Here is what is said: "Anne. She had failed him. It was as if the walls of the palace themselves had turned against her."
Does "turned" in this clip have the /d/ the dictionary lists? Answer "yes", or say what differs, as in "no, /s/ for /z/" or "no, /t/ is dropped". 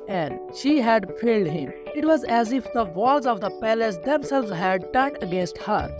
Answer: no, /d/ is dropped